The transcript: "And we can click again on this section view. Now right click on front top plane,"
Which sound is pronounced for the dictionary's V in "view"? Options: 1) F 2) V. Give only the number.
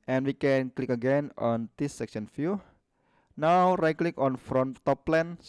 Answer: 1